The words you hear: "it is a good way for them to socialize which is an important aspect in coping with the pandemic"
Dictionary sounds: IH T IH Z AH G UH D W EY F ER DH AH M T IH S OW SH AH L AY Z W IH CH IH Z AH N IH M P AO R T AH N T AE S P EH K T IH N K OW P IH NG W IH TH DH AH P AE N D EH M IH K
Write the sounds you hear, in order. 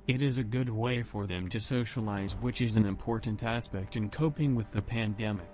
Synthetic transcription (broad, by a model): IH T IH Z AH G UH D W EY F ER DH AH M T IH S OW SH AH L AY Z W IH CH IH Z AH N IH M P AO R T N T AE S P EH K T IH N K OW P IH NG W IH DH AH P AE N D EH M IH K